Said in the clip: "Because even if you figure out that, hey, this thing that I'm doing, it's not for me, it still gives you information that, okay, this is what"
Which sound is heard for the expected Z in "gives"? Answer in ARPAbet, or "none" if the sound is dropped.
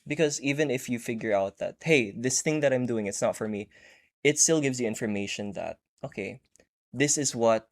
Z